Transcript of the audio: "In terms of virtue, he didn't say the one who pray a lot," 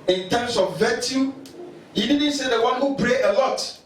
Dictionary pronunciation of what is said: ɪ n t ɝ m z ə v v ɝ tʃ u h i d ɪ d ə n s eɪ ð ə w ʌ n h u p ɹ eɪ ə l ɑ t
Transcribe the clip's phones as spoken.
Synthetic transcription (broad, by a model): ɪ n t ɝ m s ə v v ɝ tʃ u h i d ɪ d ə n s eɪ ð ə w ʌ n h u b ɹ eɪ ə l ɑ t